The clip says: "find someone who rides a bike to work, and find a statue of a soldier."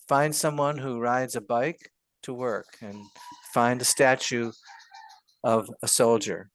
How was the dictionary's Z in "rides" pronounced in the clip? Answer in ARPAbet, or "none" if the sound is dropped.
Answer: Z